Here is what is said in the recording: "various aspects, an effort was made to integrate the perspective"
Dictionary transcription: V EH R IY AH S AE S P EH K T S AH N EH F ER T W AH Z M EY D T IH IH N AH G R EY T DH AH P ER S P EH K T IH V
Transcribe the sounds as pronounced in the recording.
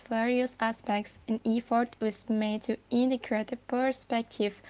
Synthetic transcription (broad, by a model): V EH R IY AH S AE S P EH K T S AH N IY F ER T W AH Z M EY D T IH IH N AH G R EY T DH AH P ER S P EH K T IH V